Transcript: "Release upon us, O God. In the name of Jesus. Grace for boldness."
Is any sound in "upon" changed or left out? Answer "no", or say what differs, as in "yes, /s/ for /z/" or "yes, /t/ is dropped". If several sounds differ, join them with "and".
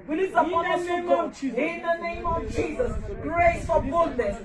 yes, /p/ is dropped